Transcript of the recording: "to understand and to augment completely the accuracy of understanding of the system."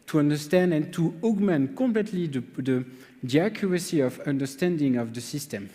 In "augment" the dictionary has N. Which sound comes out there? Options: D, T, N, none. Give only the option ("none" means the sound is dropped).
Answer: N